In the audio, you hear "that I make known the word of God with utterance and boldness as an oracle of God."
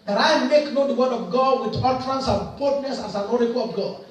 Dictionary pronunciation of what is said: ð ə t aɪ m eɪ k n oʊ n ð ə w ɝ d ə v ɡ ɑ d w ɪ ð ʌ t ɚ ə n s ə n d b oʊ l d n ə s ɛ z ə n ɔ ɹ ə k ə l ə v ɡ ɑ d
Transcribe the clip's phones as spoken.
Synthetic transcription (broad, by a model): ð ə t aɪ m eɪ k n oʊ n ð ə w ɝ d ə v ɡ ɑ w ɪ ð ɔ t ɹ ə n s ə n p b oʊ d n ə s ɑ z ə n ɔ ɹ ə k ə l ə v ɡ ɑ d